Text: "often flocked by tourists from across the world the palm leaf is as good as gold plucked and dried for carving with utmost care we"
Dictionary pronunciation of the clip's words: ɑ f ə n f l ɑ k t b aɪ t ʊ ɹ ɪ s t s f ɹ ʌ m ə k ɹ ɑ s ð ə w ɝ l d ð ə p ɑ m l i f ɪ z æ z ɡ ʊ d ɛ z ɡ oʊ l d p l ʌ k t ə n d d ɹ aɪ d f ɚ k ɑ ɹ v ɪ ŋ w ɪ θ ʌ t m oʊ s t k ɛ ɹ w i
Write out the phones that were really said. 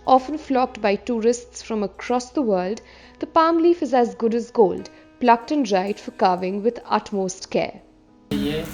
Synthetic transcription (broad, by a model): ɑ f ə n f l ɑ k t b aɪ t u ɹ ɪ s t s f ɹ ʌ m ə k ɹ ɑ s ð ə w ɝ l d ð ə p ɑ m l i f ɪ z æ z ɡ ʊ d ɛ z ɡ oʊ l d p l ʌ k t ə n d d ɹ aɪ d f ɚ k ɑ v ɪ ŋ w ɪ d ʌ t m oʊ s t k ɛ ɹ